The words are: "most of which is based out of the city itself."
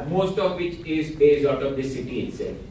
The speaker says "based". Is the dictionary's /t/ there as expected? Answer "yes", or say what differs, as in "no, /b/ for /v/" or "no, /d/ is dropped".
no, /t/ is dropped